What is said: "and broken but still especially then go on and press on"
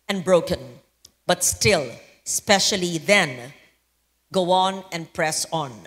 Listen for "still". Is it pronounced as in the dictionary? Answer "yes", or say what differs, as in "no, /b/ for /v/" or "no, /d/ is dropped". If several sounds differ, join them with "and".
yes